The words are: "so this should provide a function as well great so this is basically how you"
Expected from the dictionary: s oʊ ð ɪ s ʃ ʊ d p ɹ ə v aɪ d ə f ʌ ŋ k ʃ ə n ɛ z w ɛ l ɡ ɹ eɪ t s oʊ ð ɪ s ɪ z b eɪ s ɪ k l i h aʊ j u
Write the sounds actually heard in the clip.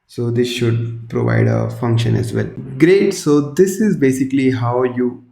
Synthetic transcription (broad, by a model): s oʊ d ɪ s ʃ ʊ d p ɹ ə v aɪ d ə f ʌ ŋ k ʃ ə n ɛ z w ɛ l ɡ ɹ eɪ t s oʊ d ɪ s ɪ z b eɪ s ɪ k l i h aʊ j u